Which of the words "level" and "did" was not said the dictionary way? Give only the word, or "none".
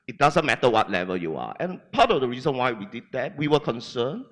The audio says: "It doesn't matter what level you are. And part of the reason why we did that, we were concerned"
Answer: none